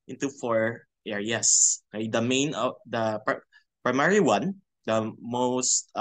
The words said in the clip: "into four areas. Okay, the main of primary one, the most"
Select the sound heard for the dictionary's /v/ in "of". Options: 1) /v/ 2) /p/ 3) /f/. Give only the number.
2